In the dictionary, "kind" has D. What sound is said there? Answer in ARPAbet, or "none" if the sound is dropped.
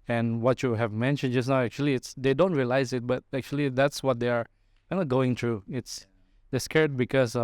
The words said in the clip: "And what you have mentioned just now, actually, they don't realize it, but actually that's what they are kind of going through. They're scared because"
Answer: none